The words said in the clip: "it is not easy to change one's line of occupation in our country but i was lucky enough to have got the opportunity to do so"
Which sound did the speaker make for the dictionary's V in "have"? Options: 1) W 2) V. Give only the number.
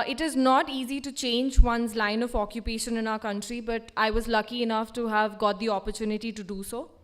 2